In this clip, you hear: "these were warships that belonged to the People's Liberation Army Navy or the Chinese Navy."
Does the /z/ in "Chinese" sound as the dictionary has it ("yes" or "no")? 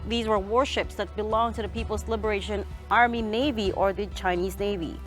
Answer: yes